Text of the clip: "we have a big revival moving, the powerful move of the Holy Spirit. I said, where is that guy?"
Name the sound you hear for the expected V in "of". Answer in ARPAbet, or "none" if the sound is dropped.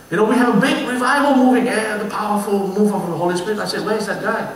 F